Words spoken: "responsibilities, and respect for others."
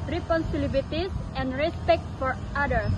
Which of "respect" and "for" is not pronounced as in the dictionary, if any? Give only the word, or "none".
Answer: none